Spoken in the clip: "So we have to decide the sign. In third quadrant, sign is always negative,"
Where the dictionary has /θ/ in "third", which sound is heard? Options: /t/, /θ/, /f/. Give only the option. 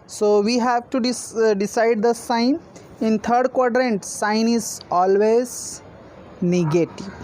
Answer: /t/